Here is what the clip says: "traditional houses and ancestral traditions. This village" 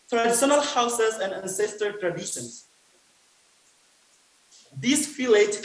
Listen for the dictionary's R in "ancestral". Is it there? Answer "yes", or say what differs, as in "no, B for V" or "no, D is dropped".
no, R is dropped